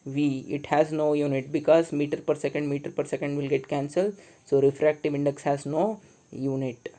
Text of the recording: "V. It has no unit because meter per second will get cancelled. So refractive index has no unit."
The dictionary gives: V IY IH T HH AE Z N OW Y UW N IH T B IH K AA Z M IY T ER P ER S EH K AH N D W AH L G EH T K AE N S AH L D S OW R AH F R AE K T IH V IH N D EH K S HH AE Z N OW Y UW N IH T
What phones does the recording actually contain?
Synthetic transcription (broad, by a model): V IY IH T HH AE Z N OW Y UW N IH T B IH K AA Z M IY T ER P ER S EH K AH N D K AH L G EH T K AE N S AH L D S OW R AH F R AE K T IH V IH N D EH K S HH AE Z N OW Y UW N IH T